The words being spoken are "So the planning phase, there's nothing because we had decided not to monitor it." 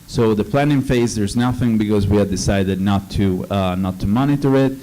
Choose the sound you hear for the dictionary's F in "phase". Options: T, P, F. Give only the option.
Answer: F